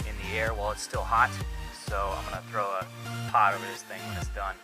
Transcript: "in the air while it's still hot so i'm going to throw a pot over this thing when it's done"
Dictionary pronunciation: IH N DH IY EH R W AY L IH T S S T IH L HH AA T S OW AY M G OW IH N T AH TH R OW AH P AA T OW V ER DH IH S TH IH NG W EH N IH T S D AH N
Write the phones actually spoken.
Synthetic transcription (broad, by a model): IH N DH IY EH R W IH L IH T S S T IH L HH AA T S OW AY M G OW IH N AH TH R OW AH P AA T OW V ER DH IH S TH IH NG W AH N IH T S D AH N